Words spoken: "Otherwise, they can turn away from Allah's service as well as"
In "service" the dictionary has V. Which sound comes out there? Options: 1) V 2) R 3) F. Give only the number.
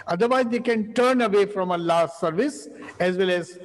1